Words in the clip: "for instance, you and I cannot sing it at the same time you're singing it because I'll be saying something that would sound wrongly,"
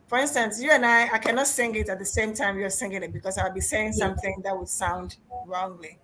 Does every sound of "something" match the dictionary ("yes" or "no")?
yes